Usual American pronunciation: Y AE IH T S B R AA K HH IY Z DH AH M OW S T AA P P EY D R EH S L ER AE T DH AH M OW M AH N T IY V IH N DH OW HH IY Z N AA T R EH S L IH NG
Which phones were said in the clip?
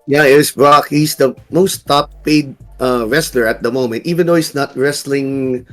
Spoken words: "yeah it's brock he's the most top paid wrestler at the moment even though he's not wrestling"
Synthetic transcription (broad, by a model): Y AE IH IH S B R AA K HH IY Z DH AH M OW S T AA P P EY D R EH S L ER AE T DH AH M OW M AH N T IY V IH N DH OW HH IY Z N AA T R EH S L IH NG